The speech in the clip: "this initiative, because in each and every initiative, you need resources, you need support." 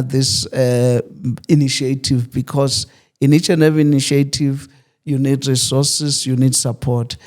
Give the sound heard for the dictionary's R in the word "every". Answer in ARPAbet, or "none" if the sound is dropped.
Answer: none